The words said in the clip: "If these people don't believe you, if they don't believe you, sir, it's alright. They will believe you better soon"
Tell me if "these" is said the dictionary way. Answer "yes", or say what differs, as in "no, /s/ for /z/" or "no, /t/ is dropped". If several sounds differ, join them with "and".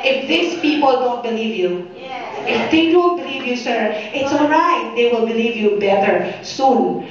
no, /s/ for /z/